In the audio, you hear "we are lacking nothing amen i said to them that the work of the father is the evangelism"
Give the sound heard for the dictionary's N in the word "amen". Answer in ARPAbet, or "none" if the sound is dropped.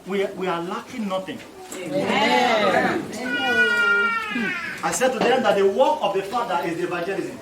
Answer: none